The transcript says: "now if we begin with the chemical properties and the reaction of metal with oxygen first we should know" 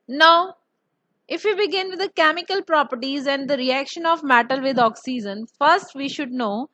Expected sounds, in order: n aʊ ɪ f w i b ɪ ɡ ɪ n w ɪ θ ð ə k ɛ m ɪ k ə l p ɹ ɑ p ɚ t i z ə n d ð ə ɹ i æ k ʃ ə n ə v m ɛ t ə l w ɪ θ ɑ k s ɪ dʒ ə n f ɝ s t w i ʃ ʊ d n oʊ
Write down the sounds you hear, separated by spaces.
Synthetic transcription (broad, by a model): n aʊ ɪ f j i b ɪ ɡ ɪ n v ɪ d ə k ɛ m ɪ k ə l p ɹ ɑ p ɚ t i z ə n d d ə ɹ i æ k ʃ ə n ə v m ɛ t ə l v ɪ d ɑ k s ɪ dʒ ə n f ɝ s t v i ʃ ʊ d n oʊ